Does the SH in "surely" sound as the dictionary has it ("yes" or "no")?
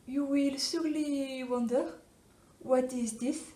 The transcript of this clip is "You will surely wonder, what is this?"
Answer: no